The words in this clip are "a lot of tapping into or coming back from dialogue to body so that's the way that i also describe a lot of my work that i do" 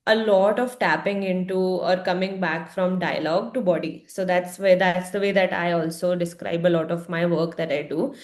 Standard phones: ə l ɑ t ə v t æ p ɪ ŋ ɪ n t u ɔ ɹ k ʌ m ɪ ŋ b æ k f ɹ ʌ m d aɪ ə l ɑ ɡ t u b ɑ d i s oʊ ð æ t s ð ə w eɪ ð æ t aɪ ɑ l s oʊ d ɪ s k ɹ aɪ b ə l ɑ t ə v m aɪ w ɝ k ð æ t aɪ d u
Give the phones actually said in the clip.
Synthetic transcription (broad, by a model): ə l ɑ t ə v t æ p ɪ ŋ ɪ n t u ɔ ɹ k ʌ m ɪ ŋ b æ k f ɹ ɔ m d aɪ ə l ɑ ɡ t u b ɑ d i s oʊ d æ t s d ə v eɪ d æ t aɪ ɑ l s oʊ d ɪ s k ɹ aɪ b ə l ɑ t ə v m aɪ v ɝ k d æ t aɪ d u